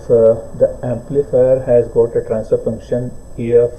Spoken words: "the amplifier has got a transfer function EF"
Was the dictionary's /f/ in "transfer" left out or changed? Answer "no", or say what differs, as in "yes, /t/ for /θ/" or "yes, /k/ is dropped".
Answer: yes, /f/ is dropped